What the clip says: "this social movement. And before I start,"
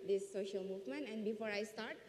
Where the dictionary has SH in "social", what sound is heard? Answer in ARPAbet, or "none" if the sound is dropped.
SH